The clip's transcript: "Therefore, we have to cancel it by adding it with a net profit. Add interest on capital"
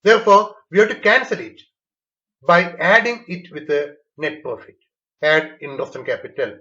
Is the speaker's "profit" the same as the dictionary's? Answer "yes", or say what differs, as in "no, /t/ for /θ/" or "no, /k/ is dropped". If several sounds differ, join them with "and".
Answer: no, /ɹ/ is dropped